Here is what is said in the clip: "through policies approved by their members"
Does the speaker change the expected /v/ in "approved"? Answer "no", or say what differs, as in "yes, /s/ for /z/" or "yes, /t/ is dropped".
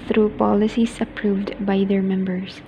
no